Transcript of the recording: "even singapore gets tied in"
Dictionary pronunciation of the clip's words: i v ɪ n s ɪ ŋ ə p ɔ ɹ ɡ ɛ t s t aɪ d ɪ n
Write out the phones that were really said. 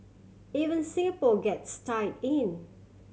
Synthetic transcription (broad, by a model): i v ɪ n s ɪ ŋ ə p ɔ ɡ ɛ t s t aɪ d ɪ n